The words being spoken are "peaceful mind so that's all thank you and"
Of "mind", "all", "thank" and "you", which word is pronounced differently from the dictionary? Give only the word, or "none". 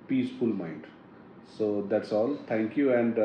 thank